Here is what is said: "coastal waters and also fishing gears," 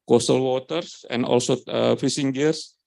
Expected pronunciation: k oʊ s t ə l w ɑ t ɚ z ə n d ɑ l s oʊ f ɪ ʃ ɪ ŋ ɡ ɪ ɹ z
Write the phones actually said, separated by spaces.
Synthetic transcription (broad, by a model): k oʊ s t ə l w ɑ t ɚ s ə n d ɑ l s oʊ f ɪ s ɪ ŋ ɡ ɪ ɹ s